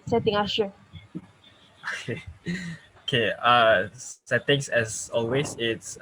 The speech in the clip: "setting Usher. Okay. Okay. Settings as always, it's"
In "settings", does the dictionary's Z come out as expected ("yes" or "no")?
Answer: no